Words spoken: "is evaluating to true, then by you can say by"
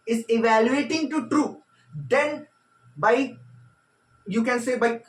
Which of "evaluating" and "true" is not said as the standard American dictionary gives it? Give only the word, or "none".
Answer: none